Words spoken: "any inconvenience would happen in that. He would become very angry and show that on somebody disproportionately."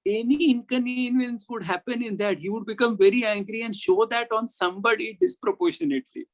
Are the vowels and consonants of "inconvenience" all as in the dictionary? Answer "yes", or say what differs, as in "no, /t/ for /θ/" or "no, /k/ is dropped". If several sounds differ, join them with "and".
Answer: no, /v/ is dropped